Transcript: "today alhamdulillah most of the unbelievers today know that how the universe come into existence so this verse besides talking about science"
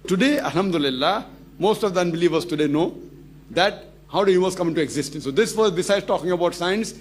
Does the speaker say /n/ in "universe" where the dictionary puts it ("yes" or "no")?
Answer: no